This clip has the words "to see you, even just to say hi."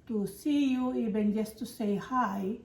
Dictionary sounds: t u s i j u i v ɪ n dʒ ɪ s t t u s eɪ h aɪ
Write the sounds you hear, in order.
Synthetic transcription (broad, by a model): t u s i j u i b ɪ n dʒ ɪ s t t u s eɪ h aɪ